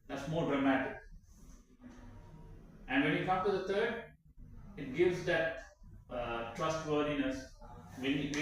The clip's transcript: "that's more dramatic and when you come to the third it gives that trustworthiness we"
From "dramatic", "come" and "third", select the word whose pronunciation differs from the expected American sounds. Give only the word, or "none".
third